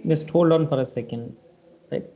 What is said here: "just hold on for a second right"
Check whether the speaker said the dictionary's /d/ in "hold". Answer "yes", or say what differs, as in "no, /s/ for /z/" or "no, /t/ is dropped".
no, /d/ is dropped